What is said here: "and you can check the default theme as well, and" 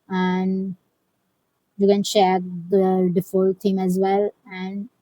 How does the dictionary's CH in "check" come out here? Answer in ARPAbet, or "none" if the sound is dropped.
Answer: SH